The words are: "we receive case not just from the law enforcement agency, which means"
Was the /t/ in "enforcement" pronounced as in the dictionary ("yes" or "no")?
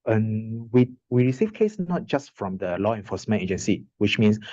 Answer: no